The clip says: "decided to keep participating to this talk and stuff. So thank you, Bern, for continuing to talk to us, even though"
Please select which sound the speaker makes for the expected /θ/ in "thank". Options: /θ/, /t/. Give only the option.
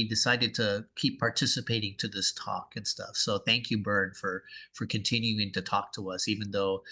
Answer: /θ/